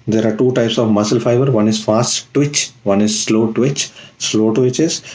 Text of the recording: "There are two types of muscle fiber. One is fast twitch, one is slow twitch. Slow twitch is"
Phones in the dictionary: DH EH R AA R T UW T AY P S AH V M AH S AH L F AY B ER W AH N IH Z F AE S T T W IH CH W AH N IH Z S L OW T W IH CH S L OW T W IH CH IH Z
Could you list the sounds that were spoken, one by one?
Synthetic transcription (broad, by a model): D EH R AA R T UW T AY P S AH V M AH S AH L F AY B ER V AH N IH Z F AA S T T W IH CH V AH N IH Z S L OW T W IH CH S L OW T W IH CH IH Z